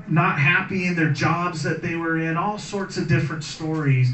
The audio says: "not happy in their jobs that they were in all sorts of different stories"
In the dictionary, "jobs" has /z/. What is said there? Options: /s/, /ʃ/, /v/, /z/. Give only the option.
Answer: /z/